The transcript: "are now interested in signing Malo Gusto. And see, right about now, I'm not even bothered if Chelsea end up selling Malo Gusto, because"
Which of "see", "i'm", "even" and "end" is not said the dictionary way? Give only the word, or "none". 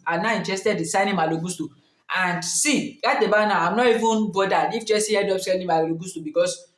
end